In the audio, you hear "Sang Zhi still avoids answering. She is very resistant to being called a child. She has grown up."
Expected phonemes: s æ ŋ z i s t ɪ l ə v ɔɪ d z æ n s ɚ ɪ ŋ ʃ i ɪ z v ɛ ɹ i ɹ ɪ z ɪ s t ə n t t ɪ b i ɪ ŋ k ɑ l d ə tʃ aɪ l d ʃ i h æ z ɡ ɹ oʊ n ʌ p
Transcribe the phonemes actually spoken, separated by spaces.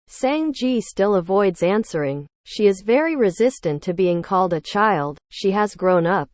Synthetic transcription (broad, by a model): s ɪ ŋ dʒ i s t ɪ l ə v ɔɪ d z æ n s ɚ ɪ ŋ ʃ i ɪ z v ɛ ɹ i ɹ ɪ z ɪ s t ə n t t ɪ b i ɪ ŋ k ɑ l d ə tʃ aɪ l d ʃ i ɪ z ɡ ɹ oʊ n ʌ p